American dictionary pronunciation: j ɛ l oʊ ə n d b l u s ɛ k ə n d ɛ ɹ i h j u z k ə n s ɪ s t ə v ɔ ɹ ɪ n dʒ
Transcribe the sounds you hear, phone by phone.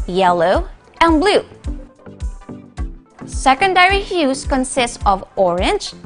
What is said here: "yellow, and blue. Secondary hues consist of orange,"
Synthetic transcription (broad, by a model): j ɛ l oʊ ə n b l u s ɛ k ə n d ɛ ɹ i h j u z k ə n s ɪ s t ə v ɔ ɹ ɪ n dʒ